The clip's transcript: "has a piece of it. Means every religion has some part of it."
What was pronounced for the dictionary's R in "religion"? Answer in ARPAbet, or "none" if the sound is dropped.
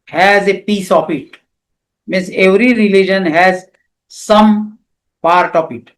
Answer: R